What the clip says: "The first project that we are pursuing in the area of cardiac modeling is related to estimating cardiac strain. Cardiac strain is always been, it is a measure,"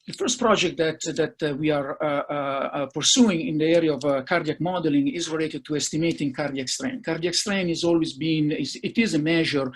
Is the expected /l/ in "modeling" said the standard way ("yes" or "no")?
yes